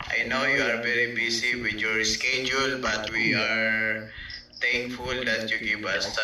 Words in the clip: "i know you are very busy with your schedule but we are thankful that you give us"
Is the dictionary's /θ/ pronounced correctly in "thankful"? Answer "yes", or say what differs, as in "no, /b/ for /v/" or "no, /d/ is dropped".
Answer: no, /t/ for /θ/